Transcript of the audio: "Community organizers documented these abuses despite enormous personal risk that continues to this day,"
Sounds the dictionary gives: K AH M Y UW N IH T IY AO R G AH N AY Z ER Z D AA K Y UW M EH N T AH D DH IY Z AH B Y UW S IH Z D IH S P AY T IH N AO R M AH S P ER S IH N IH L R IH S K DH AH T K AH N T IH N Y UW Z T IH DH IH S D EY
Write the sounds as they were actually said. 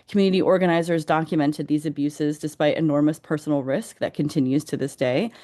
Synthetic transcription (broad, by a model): K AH M Y UW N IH T IY AO R G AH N AY Z ER Z D AA K Y UW M EH N T AH D DH IY Z AH B Y UW S IH Z D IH S P AY T IH N AO R M AH S P ER S N L R IH S K DH AH T K AH N T IH N Y UW Z T IH DH IH S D EY